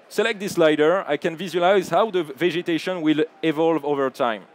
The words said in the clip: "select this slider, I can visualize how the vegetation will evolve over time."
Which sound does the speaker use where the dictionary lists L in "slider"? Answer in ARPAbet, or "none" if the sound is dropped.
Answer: L